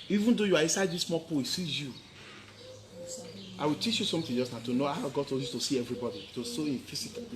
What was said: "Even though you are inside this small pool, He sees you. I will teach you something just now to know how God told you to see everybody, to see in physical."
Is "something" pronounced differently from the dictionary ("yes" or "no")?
yes